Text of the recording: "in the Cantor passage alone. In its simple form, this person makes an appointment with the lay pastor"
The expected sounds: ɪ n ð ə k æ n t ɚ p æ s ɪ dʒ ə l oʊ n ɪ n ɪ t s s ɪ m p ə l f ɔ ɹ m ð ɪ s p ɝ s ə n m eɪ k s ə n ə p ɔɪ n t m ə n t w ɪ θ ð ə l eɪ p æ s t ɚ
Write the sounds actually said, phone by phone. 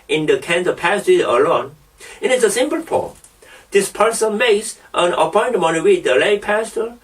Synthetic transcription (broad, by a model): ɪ n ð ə k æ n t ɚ p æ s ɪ ə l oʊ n ɪ n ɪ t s s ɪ m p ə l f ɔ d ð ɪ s p ɝ s ə n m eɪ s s ə n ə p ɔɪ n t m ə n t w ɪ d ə l eɪ p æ s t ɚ